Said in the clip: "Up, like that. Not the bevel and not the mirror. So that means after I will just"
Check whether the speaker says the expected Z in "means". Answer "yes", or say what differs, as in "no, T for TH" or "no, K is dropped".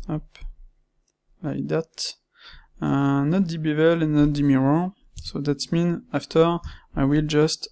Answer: no, Z is dropped